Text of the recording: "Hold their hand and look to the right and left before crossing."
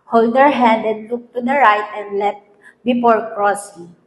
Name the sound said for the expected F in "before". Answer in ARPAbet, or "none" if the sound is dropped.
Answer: P